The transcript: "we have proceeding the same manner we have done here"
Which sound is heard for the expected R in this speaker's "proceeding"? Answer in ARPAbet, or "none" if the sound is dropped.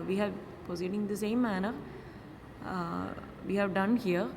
none